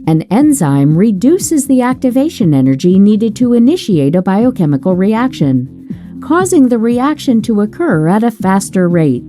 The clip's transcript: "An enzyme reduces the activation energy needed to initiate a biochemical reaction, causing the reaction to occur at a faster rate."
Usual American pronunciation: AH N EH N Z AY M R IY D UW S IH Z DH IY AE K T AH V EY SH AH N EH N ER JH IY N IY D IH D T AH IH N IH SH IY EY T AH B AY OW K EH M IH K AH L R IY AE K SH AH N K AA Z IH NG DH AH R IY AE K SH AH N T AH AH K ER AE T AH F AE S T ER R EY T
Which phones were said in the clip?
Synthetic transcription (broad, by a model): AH N EH N Z AY M R IY D UW S IH Z DH IY AE K T AH V EY SH AH N EH N ER JH IY N IY D IH D T AH IH N IH SH IY EY T AH B AY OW K EH M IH K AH L R IY AE K SH AH N K AA Z IH NG DH AH R IY AE K SH AH N T AH AH K ER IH T AH F AE S T ER R EY T